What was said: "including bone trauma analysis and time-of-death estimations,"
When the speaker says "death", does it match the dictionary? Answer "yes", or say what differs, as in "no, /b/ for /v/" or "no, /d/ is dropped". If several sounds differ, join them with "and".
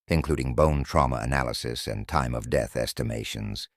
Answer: yes